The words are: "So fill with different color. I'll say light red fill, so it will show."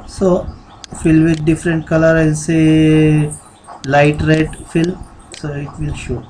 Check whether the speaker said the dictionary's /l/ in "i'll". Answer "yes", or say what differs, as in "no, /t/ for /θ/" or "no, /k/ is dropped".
no, /n/ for /l/